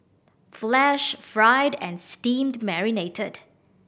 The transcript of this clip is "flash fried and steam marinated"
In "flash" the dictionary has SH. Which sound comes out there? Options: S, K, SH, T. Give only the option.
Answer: SH